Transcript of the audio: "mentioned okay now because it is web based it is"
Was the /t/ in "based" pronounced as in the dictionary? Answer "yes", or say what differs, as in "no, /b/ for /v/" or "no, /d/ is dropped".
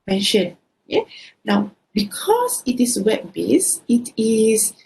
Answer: no, /t/ is dropped